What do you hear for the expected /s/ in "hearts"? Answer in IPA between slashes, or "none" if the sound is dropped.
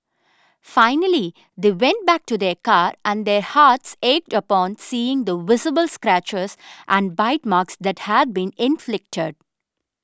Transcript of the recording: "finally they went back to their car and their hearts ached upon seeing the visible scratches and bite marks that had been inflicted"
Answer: /s/